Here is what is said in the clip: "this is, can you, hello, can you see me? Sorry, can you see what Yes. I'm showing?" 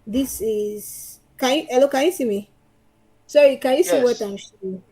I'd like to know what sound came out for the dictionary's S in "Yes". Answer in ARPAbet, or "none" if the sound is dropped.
none